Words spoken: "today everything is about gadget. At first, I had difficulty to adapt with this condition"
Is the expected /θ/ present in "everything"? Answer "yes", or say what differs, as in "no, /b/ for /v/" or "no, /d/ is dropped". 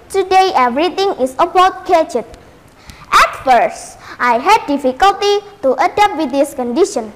no, /t/ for /θ/